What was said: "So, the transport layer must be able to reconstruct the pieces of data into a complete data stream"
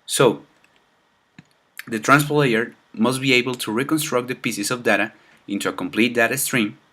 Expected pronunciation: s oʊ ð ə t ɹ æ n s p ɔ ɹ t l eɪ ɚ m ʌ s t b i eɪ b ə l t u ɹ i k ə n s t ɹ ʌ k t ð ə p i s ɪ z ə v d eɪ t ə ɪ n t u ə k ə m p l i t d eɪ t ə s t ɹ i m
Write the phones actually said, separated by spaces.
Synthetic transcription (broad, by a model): s oʊ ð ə t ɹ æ n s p l eɪ ɚ m ʌ s t b i eɪ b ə l t u ɹ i k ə n s t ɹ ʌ k t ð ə p i s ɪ s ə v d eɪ t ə ɪ n t u ə k ə m p l i t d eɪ t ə s t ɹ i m